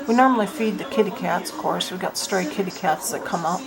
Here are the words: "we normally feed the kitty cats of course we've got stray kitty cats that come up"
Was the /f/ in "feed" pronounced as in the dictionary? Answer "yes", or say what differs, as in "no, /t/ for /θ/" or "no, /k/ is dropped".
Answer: yes